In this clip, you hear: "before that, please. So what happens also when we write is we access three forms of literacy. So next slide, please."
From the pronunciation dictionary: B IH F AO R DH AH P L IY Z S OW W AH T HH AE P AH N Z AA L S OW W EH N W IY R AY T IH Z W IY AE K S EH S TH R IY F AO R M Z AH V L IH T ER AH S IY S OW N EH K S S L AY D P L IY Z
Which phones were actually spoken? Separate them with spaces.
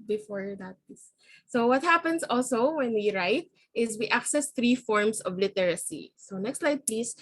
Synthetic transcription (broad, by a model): B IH F AO R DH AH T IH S S OW W AH T HH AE P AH N S AA L S OW W EH N W IY R AY T IH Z W IY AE K S EH S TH R IY F AO R M S AH V L IH T ER AH S IY S OW N EH K S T L AY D P L IY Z